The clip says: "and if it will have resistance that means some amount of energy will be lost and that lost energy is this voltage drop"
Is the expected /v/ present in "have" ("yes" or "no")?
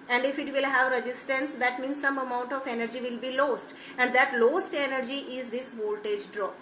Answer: yes